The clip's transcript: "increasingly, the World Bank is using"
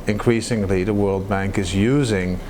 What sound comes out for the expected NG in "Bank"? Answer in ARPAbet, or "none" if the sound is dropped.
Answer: NG